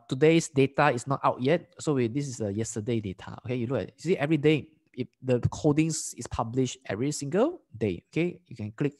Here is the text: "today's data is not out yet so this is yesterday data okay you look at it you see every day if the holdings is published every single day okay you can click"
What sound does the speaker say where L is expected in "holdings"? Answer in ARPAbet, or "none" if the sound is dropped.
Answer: none